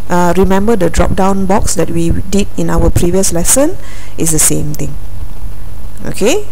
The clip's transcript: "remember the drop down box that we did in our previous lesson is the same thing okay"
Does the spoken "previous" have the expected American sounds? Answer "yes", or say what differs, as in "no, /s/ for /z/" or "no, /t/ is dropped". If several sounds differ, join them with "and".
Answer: yes